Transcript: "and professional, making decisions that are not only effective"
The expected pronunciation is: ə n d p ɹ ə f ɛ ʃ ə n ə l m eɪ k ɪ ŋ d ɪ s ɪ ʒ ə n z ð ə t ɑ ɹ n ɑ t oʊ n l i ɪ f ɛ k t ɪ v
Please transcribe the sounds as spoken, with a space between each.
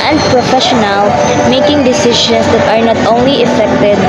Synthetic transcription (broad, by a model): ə n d p ɹ ə f ɛ ʃ ə n ə l m eɪ k ɪ ŋ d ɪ s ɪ ʃ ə n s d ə t ɑ ɹ n ɑ t oʊ n l i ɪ f ɛ k t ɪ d